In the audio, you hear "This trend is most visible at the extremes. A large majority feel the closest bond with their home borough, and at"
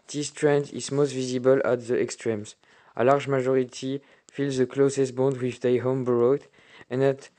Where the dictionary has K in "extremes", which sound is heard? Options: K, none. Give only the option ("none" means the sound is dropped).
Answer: K